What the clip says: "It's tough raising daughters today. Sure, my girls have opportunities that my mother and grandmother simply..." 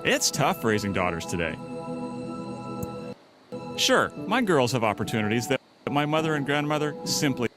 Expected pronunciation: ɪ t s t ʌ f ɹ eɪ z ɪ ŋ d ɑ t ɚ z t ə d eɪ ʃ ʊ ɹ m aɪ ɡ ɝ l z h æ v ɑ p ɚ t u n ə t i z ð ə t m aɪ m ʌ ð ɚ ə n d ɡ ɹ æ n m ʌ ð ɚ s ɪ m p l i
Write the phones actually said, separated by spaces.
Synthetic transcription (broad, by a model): ɪ t s t ʌ f ɹ eɪ z ɪ ŋ d ɑ t ɚ z t ə d eɪ ʃ ʊ ɹ m aɪ ɡ ɝ l z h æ v ɑ p ɚ t u n ə t i z ð ə t m aɪ m ʌ ð ɚ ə n ɡ ɹ æ n m ʌ ð ɚ s ɪ m p l i